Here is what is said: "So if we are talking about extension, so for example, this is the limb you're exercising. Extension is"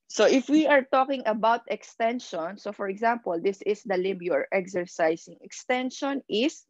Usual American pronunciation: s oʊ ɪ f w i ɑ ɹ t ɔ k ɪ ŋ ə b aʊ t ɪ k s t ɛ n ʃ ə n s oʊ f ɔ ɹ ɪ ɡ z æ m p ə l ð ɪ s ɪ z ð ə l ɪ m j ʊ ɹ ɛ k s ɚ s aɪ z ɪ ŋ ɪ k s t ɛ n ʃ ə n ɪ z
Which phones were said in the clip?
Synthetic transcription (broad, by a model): s oʊ ɪ f w i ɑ ɹ t ɔ k ɪ ŋ ə b aʊ t ɪ k s t ɛ n ʃ ə n s oʊ f ɔ ɹ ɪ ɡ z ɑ m p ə l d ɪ s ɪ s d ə l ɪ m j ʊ ɹ ɛ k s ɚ s aɪ s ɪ ŋ ɪ k s t ɛ n ʃ ə n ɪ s